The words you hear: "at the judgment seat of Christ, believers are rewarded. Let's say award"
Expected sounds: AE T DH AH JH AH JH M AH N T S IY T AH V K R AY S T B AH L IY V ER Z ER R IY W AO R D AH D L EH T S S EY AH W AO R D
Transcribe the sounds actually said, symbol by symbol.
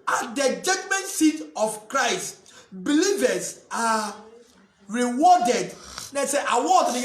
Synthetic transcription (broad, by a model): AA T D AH JH AH JH M AH N T S IY T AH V K R AY S T B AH L IY V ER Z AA R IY W AO D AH D N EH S S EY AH W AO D